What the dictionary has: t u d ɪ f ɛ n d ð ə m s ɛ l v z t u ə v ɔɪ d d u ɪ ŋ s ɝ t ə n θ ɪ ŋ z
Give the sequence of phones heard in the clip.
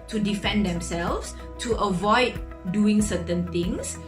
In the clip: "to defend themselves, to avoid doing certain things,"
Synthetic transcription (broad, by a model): t u d ɪ f ɛ n d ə m s ɛ l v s t u ə v ɔɪ d d u ɪ ŋ s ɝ t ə n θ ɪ ŋ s